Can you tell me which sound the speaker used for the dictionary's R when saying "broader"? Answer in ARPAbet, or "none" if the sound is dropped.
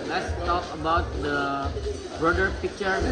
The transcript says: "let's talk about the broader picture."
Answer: none